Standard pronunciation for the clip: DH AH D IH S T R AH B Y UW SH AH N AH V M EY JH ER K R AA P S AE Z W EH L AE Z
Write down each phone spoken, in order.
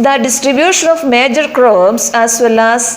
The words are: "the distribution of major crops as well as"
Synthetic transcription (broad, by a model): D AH D IH S T R AH B Y UW SH AH N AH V M EY JH ER K R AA B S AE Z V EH L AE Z